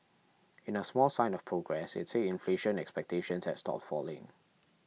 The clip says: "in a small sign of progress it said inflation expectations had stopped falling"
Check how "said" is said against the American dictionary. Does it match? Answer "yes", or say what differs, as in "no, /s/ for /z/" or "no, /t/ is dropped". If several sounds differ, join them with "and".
no, /d/ is dropped